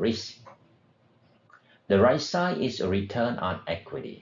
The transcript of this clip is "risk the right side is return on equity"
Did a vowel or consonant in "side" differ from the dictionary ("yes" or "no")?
yes